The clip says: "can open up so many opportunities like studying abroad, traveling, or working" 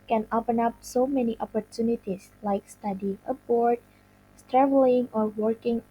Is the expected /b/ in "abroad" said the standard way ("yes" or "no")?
no